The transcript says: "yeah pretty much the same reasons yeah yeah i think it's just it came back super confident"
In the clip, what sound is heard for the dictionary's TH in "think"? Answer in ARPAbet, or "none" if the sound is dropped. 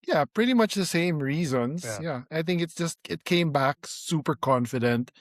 TH